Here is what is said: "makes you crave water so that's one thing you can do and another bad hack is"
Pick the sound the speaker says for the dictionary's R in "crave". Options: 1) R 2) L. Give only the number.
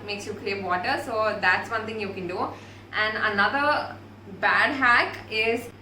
2